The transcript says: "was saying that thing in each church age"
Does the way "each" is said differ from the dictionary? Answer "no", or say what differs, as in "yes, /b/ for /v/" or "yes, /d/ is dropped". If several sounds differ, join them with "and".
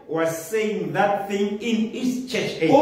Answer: yes, /s/ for /tʃ/